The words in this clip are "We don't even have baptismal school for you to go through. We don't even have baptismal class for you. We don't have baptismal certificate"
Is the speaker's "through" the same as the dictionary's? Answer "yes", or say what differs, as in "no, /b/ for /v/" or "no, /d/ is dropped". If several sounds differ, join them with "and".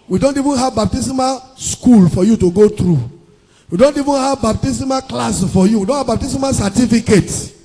no, /t/ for /θ/